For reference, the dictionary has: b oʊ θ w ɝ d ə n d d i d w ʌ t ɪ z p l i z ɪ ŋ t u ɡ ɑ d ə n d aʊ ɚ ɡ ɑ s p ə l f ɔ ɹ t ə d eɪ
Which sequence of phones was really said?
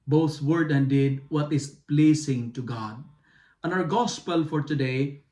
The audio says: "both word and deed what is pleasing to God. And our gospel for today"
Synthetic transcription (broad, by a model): b oʊ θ w ɝ d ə n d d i d w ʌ t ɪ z p l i s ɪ ŋ t u ɡ ɑ d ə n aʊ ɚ ɡ ɑ s p ə l f ɔ ɹ t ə d eɪ